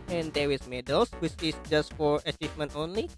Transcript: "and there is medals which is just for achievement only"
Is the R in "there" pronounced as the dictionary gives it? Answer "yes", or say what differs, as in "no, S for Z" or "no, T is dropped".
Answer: no, W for R